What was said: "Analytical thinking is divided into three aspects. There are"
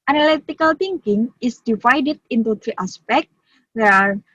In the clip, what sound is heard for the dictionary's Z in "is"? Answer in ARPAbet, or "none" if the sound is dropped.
S